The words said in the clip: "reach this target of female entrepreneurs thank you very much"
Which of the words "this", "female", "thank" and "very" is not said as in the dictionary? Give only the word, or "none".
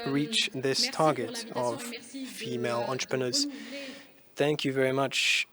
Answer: none